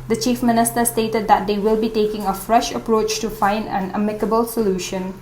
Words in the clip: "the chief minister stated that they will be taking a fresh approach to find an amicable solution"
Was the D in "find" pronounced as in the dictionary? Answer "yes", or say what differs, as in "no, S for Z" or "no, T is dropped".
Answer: yes